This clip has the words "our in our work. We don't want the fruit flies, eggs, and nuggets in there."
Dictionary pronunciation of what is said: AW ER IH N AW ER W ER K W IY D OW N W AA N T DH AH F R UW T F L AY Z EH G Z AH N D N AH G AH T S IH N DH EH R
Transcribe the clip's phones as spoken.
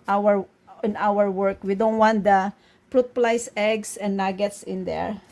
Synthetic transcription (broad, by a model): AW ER IH N AW ER W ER K W IY D OW N W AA N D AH P R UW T P L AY S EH G S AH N N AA G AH T S IH N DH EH R